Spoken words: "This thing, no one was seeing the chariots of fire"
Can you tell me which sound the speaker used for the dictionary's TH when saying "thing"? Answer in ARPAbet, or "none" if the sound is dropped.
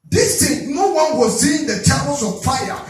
T